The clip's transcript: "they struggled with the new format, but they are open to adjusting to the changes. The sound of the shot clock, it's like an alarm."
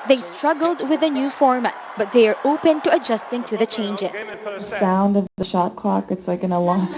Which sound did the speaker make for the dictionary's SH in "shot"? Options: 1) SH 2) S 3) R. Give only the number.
1